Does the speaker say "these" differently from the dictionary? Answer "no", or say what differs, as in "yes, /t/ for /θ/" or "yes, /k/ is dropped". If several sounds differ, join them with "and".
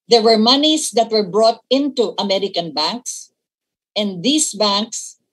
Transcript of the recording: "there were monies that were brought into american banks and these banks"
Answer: yes, /s/ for /z/